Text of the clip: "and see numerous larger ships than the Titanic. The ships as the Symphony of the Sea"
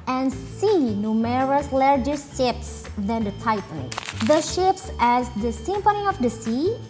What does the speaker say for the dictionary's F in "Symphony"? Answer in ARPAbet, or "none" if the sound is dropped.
P